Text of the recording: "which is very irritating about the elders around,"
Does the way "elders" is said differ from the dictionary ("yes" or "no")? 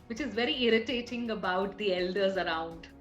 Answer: no